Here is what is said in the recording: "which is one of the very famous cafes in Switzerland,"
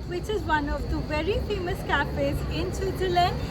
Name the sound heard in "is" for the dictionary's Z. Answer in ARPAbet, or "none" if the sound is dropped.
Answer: Z